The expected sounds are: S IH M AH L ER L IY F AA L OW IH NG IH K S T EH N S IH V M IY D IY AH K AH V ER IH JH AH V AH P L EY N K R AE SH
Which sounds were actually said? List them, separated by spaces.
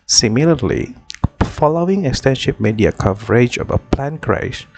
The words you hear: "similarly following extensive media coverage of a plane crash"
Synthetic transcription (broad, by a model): S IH M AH L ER L IY F AA L OW IH NG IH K S T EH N SH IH P M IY D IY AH K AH V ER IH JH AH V AH P L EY N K R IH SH